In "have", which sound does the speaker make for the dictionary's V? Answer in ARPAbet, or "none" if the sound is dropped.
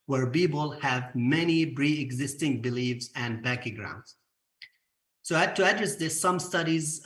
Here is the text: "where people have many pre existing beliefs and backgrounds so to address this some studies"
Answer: V